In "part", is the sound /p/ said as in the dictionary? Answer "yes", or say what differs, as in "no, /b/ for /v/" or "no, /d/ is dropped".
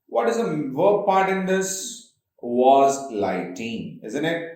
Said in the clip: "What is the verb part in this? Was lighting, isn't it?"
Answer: yes